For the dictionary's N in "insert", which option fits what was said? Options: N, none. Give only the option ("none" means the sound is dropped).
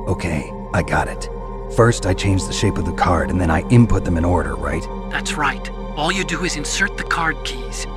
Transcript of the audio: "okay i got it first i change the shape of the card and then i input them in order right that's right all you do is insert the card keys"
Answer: N